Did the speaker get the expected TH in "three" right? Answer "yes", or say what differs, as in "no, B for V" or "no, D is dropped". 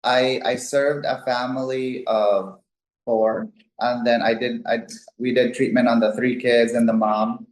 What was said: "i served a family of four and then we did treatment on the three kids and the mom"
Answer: yes